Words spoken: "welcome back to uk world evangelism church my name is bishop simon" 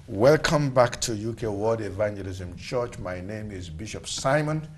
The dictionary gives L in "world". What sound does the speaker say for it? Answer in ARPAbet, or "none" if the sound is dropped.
none